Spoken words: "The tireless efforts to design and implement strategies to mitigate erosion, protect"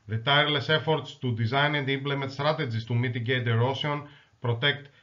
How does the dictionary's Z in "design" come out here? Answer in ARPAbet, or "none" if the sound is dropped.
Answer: Z